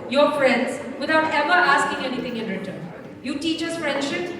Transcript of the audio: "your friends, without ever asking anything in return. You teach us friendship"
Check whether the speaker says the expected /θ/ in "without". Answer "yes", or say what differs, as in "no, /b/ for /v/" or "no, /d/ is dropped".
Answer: no, /t/ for /θ/